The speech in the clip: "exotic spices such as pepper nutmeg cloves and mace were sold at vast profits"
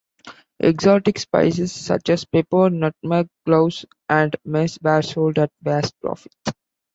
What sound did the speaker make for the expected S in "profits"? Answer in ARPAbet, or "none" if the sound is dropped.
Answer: none